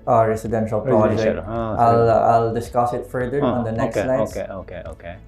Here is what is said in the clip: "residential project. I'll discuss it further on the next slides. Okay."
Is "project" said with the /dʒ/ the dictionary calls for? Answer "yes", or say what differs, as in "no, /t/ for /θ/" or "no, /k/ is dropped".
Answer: no, /dʒ/ is dropped